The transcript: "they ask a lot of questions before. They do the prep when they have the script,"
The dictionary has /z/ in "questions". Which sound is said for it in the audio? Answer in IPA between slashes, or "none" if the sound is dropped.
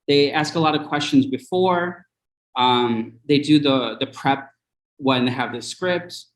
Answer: /z/